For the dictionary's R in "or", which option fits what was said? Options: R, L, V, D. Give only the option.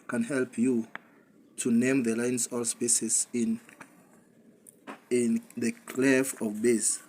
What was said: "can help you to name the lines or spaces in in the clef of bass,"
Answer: L